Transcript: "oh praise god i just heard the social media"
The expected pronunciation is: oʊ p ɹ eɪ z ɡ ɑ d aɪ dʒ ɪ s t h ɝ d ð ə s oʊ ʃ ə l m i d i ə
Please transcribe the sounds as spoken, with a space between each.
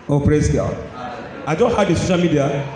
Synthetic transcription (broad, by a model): oʊ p ɹ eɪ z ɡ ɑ aɪ dʒ ɪ s t h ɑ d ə s oʊ ʃ ə l m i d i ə